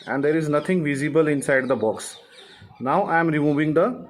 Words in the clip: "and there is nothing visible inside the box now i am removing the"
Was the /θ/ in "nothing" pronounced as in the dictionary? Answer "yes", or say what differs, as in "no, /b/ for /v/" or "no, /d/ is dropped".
no, /t/ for /θ/